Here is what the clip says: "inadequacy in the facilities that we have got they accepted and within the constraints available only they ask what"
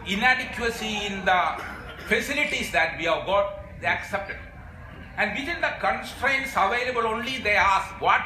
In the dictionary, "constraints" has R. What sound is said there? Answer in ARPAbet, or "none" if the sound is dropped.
R